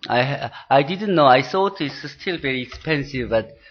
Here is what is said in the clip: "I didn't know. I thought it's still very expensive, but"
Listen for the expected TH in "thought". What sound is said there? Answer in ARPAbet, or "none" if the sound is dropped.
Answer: S